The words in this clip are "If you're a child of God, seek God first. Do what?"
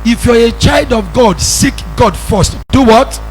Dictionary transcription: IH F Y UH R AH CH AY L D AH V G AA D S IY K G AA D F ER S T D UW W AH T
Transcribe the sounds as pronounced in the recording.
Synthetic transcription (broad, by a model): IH F Y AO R AH CH AY L D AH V G AA D S IY K G AA D F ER S T D UW W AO T